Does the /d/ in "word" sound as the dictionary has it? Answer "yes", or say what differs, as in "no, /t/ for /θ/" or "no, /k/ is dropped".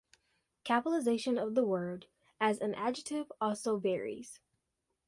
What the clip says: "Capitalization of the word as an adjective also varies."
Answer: yes